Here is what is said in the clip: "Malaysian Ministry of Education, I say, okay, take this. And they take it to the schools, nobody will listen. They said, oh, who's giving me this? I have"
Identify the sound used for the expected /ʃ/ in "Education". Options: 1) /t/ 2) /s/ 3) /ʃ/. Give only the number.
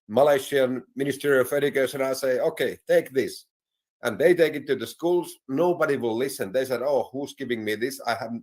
2